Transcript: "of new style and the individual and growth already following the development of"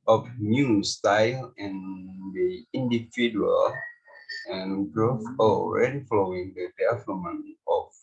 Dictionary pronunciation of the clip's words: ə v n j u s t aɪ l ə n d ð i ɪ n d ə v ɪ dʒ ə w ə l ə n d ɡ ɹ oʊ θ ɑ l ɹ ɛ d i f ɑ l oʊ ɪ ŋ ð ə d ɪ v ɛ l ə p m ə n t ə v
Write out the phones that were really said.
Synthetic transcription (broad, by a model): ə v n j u s t aɪ l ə n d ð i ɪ n d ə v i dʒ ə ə l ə n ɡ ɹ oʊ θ ɑ l ɹ ɛ d i f ɑ l oʊ ɪ ŋ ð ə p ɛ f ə m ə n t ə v